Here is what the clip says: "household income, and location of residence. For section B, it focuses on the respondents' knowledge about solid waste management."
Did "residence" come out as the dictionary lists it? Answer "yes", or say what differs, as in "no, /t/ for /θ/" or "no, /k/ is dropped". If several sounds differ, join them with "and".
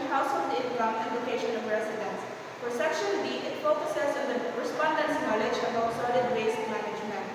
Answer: no, /s/ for /z/